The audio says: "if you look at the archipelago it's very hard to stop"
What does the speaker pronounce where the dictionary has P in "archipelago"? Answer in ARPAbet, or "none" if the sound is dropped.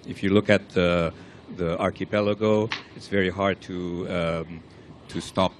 P